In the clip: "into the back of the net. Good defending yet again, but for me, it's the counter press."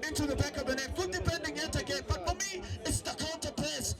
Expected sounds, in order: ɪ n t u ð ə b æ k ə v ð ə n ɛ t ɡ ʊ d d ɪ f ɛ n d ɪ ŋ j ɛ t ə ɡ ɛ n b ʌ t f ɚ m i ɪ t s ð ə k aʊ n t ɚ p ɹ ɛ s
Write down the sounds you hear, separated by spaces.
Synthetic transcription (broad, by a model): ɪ n t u ð ə b æ k ə v ð ə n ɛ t ɡ ʊ d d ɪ p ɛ n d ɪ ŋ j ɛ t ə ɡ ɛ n b ʌ t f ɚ m i ɪ t s ð ə k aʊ n t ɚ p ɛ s